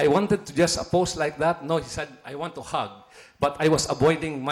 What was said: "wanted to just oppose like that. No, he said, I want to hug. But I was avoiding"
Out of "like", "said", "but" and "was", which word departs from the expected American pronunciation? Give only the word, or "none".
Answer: was